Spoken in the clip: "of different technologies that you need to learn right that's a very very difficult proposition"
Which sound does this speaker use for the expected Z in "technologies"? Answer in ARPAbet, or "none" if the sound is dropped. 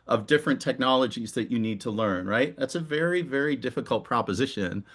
Z